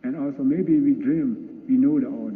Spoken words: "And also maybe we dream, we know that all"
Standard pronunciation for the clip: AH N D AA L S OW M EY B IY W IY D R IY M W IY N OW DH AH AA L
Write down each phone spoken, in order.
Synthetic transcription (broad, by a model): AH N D AA L S OW M EY B IY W IY D R IY M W IY N OW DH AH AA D